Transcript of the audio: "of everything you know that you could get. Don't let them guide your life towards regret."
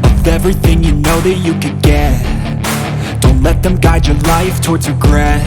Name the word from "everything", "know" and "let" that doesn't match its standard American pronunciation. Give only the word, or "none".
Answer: none